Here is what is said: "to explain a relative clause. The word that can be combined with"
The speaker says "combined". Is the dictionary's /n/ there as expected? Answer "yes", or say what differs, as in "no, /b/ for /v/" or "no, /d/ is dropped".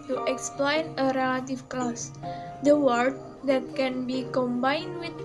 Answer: yes